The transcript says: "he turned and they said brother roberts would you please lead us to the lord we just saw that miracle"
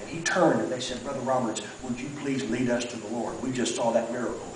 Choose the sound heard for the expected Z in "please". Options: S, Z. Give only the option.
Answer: Z